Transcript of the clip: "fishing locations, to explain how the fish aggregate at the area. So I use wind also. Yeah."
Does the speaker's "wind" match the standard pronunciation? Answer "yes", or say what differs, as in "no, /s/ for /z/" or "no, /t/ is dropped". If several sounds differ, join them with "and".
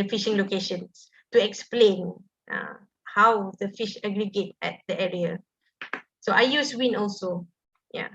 no, /d/ is dropped